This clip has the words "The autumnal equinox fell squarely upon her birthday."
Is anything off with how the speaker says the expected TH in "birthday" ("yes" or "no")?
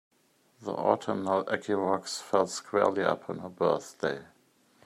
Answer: no